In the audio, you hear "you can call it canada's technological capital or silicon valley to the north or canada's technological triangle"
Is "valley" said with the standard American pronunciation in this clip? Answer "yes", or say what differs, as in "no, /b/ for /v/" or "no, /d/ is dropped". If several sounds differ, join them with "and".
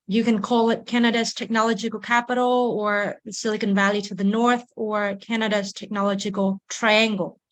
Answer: yes